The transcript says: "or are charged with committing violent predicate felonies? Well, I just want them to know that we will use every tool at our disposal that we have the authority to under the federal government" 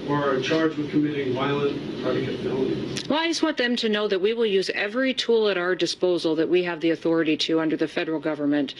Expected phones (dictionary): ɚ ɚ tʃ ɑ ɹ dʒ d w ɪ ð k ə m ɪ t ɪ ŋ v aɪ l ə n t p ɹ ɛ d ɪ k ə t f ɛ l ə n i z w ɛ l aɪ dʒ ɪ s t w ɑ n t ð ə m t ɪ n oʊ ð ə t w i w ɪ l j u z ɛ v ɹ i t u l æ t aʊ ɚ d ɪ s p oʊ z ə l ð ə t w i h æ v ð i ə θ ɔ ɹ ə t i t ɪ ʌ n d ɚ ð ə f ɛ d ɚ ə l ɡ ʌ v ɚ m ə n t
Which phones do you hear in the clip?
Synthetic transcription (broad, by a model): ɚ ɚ tʃ ɑ ɹ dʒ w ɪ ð k ə m ɪ t ɪ ŋ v aɪ l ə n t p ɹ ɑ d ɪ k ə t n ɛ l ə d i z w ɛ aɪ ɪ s w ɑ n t ð ə m t ɪ n oʊ ð ə t w i w ɪ l j u z ɛ v ɹ i t u l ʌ t aʊ ɚ d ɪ s p oʊ z l ð ə t w i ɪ v ð i ə θ ɔ ɹ ə t i t ɪ ʌ n d ɚ ð ə f ɛ d ɚ l ɡ ʌ v ɚ m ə n t